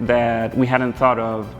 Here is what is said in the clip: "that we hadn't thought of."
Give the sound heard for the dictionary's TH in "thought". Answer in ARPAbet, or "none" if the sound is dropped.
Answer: TH